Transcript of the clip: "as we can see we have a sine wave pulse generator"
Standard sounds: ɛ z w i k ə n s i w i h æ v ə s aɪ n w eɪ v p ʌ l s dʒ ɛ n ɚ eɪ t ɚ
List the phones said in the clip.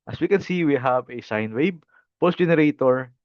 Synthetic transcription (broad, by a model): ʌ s w i k ə n s i w i h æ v ə s aɪ n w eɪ b p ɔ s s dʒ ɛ n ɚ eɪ t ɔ